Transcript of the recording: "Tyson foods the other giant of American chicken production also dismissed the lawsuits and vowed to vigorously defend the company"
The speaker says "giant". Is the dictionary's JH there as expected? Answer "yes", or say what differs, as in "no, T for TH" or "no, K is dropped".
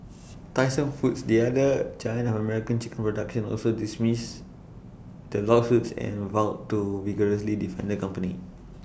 no, CH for JH